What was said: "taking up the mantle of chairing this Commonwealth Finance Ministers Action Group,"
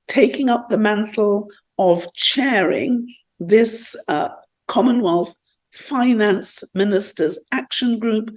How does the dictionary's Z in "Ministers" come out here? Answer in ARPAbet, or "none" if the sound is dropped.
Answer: Z